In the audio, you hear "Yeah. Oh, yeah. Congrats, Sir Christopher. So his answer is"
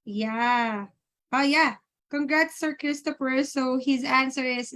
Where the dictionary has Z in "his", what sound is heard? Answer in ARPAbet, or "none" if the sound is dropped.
Z